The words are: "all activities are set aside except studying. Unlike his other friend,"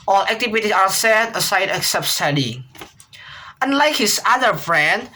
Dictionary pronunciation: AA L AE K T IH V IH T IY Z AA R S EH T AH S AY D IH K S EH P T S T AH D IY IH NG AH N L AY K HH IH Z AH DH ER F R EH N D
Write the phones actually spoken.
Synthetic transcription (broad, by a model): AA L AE K T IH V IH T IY AA R S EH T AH S AY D IH K S EH P T S T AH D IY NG AH N L AY K HH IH S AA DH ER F R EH N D